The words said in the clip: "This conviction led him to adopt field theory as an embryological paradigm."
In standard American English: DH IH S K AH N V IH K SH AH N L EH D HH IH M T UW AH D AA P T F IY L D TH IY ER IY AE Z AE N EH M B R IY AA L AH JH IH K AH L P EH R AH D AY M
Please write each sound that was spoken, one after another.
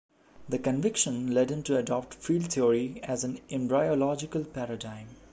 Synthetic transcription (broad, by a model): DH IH K AH N V IH K SH AH N L EH D HH IH M T UW AH D AA P T F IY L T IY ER IY AE Z AE N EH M B R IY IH L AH JH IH K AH L P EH R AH D AY M